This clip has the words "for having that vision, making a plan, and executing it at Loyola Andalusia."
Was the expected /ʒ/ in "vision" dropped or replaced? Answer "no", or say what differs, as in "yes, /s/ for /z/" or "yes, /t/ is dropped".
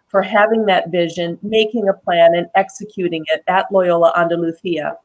no